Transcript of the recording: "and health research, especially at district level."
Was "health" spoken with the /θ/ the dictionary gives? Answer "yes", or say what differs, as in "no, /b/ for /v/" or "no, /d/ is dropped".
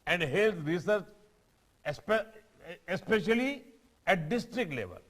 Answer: no, /t/ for /θ/